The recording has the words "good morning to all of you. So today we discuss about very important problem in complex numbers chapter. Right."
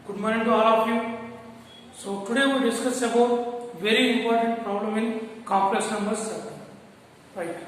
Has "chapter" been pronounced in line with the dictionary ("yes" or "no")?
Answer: no